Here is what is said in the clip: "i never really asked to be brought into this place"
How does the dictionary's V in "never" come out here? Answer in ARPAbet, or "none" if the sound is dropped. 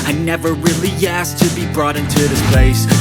V